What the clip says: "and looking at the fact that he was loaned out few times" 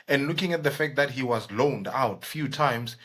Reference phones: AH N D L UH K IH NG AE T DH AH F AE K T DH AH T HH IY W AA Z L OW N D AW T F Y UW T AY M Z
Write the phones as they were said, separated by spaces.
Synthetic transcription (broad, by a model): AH N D L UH K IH NG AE T DH AH F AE K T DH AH T HH IY W AA Z L OW N D AW T F Y UW T AY M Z